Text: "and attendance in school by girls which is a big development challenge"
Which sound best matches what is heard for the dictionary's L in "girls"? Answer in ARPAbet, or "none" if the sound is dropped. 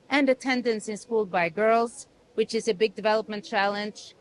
L